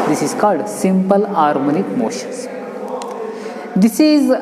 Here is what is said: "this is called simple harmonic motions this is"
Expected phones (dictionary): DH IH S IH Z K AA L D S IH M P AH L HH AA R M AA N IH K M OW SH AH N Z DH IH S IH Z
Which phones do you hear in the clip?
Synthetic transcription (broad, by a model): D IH S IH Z K AA L D S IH M P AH L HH AA R M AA N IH K M OW SH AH N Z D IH S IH Z